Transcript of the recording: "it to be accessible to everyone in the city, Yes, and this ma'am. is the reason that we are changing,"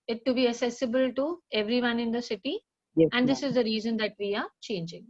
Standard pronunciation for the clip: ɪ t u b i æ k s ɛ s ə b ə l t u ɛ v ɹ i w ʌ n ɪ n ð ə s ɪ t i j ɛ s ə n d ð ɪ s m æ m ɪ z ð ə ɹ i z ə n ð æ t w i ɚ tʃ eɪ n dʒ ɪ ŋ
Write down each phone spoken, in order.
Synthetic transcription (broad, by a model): ɪ t u b i æ k s ɛ s ə b ə l t u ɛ v ɹ i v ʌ n ɪ n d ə s ɪ t i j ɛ ə n d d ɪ s ɪ z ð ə ɹ i z ə n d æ t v i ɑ tʃ eɪ n dʒ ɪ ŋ